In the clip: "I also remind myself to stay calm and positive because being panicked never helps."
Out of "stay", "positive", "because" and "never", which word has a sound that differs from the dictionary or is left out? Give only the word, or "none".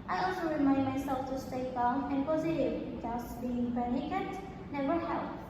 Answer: because